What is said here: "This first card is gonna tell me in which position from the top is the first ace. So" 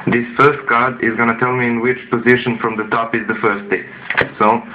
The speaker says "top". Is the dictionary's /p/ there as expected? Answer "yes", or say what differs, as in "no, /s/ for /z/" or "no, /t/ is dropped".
yes